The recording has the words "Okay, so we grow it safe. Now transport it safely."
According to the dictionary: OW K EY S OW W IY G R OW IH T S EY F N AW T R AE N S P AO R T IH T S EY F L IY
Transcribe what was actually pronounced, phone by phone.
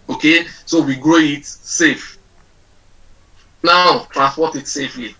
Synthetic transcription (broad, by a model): OW K EY S OW W IY G R OW IH T S EY F N AW T R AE N S P AO T IH T S EY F L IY